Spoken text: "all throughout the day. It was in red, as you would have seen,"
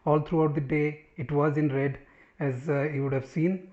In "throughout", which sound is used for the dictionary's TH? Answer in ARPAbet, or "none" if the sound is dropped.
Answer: T